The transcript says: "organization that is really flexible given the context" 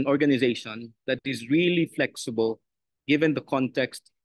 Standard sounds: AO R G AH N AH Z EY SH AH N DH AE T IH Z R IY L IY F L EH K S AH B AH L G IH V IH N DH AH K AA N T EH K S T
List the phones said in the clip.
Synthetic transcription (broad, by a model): AO R G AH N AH Z EY SH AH N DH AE T IH Z R IY L IY F L EH K S AH B AH L G IH V IH N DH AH K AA N T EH K S T